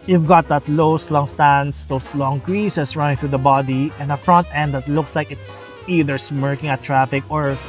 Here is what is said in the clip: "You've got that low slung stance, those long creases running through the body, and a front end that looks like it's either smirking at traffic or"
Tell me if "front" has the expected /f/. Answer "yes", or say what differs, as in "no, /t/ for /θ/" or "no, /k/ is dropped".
yes